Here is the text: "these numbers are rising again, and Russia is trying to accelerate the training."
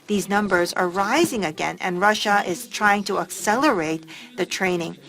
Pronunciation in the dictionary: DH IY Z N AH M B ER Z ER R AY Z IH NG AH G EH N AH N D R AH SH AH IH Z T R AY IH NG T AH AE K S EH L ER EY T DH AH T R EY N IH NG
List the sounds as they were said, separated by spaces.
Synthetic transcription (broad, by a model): DH IY Z N AH M B ER Z ER R AY Z IH NG AH G EH N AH N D R AH SH AH IH Z T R AY IH NG T AH AE K S EH L ER EY T DH AH T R EY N IH NG